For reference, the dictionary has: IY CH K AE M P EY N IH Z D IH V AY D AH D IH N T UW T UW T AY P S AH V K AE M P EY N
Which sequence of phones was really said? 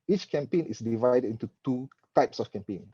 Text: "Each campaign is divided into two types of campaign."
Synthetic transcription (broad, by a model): IY CH K AE M P EY N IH S D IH V AY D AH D IH N T UW T UW T AY P S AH F K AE M P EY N